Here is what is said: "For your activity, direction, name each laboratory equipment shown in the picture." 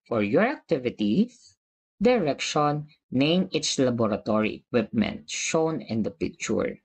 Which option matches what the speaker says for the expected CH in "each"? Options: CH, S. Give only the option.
S